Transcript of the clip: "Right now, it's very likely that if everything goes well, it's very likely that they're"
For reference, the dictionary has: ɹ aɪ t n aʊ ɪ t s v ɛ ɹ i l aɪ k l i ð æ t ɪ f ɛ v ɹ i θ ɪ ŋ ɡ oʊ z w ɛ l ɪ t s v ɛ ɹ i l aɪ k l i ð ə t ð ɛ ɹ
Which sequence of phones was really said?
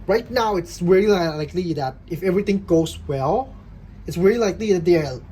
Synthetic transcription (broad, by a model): ɹ aɪ t n aʊ ɪ t s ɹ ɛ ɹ i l aɪ k l i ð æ t ɪ f ɛ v ɹ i t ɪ ŋ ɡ oʊ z w ɛ l ɪ t s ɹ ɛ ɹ i l aɪ k l i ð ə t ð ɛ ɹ